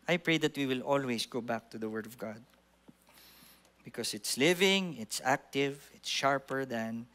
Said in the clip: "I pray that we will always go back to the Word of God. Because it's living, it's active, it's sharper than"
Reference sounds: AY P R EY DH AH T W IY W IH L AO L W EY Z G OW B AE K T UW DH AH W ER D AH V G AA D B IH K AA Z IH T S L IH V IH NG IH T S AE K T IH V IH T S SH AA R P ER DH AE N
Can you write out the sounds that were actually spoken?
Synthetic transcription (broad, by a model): AY P R EY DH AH T W IY W IH L AO L W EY S G OW B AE K T UW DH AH W ER D AH V G AA D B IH K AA S IH T S L IH V IH NG IH T S AE K T IH V IH T S SH AA R P ER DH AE N